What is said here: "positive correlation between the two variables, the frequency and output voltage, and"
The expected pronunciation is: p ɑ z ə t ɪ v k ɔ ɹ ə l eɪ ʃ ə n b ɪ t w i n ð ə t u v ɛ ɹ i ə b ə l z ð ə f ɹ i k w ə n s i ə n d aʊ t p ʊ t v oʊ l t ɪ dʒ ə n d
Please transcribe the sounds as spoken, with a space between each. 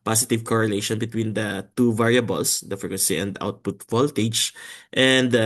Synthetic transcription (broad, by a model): p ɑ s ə t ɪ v k ɔ ɹ ə l eɪ ʃ ə n b ɪ t w i n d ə t u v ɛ ɹ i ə b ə l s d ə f i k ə s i ə n d aʊ t p ʊ t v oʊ l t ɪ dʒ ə n d